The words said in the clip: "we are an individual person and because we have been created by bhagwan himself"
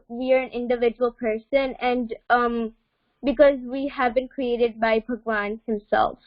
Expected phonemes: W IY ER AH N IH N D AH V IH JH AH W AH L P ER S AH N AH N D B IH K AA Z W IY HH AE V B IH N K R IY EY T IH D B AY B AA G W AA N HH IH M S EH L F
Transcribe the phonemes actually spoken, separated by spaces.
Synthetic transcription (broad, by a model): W IY ER AH N IH N D AH V IH JH AH W AH L P ER S AH N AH N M B IH K AA Z W IY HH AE V B IH N K R IY EY T IH D B AY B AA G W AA N HH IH M S EH L F